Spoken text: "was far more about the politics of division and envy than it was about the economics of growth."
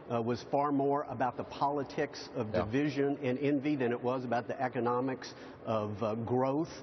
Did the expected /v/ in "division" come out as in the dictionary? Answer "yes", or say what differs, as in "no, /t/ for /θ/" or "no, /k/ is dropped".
yes